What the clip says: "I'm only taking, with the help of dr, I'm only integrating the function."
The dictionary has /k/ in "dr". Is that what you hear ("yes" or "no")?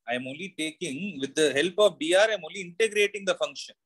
no